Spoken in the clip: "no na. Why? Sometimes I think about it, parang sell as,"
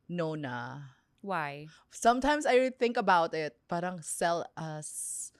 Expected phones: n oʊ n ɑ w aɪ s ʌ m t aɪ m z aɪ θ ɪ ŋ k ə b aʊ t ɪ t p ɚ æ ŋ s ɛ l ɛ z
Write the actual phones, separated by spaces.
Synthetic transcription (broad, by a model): n oʊ n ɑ w aɪ s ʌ m t aɪ m s aɪ θ ɪ ŋ k ə b aʊ t ɪ t p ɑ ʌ ŋ s ɛ l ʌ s